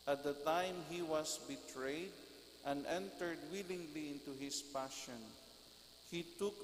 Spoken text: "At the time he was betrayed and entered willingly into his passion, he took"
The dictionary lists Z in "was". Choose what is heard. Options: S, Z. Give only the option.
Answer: S